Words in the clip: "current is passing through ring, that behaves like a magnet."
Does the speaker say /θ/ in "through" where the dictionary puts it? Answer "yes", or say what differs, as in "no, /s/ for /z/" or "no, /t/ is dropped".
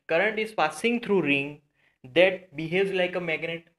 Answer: no, /t/ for /θ/